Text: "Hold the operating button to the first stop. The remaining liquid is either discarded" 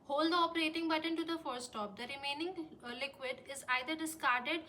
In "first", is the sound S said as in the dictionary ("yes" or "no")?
no